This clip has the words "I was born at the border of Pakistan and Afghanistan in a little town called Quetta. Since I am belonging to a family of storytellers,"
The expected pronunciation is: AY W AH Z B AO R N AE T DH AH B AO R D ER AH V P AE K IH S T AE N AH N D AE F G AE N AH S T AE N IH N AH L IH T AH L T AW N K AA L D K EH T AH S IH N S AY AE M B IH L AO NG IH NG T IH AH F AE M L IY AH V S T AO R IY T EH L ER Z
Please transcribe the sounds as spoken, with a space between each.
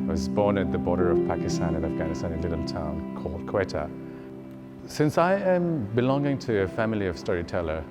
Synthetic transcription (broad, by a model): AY W AH Z B AO R N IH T DH AH B AO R D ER AH V P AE K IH S T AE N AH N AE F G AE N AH S T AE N IH N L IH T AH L T AW N K AA L D K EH T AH S IH N S AY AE M B IH L AO NG IH NG T IH AH F AE M L IY AH V S T AO R IY T EH L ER